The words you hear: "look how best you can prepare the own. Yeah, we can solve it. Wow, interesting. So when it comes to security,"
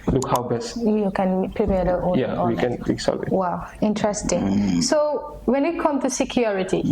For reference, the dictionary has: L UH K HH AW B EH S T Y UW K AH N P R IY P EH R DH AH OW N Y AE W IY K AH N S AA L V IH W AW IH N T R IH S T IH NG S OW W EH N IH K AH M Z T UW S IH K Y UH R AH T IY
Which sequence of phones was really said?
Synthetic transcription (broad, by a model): L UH K HH AW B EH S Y Y UW K AH N P R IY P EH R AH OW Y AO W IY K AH N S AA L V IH W AW IH N T R IH S T IH NG S OW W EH N IH K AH M T UW S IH K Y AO R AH T IY